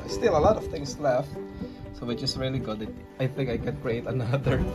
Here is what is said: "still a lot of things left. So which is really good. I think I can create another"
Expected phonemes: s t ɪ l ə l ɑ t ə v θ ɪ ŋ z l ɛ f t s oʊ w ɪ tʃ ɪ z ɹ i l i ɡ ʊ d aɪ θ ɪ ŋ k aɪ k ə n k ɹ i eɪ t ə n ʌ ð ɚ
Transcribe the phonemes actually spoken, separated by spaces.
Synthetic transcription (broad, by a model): s t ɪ l ə l ɑ t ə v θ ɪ ŋ s l ɛ f t s oʊ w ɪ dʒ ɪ s ɹ i l i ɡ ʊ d aɪ θ ɪ ŋ k aɪ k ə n k ɹ i eɪ t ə n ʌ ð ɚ